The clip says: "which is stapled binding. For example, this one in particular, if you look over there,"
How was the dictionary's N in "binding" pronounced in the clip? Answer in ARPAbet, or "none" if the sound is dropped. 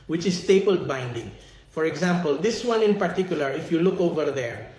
N